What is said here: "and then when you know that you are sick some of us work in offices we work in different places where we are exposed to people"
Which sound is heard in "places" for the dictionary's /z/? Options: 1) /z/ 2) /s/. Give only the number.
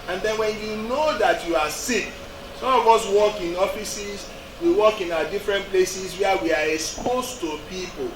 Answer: 2